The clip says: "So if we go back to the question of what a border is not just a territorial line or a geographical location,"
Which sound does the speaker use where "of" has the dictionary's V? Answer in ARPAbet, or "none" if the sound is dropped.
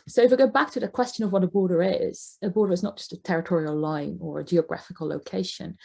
V